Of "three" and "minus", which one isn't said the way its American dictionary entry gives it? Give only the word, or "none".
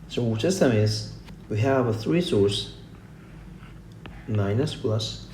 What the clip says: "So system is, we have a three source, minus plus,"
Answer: none